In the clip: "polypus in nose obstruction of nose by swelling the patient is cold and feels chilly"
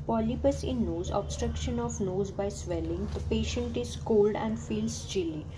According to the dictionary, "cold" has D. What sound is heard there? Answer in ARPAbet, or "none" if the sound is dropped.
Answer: D